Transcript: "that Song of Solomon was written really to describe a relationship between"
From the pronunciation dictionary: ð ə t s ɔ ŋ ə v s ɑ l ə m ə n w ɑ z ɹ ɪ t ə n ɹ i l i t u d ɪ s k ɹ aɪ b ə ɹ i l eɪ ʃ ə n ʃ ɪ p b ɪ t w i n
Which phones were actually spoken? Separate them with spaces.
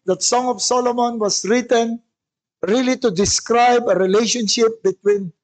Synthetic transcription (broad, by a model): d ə t s ɔ ŋ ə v s ɑ l ə m ə n w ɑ s ɹ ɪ t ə n ɹ i l i t u d ɪ s k ɹ aɪ b ə ɹ i l eɪ ʃ ə n ʃ ɪ p b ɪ t w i n